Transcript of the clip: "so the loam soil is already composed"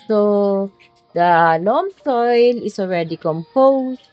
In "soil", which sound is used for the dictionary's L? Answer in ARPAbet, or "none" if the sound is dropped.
L